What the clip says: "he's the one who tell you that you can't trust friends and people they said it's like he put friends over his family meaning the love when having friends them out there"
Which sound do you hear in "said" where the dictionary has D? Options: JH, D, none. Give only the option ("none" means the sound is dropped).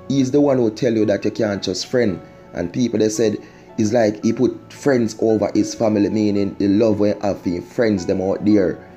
D